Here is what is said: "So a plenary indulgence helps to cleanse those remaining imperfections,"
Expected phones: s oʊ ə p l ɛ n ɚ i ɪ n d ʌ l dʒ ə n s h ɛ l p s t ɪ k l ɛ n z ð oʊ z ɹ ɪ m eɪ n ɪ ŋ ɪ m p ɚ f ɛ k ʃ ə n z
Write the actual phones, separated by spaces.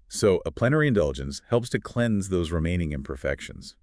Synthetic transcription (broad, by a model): s oʊ ə p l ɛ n ɚ i ɪ n d ʌ l dʒ ə n s h ɛ l p s t ɪ k l ɛ n z ð oʊ z ɹ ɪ m eɪ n ɪ ŋ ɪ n p ɚ f ɛ k ʃ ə n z